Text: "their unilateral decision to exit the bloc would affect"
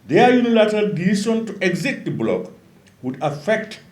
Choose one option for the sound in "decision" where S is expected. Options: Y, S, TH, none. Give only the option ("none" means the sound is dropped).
none